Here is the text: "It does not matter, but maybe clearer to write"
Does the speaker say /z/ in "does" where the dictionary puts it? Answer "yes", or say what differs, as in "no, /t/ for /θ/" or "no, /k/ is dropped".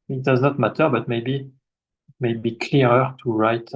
yes